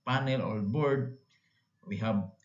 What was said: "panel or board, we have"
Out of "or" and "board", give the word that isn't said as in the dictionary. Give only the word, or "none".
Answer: or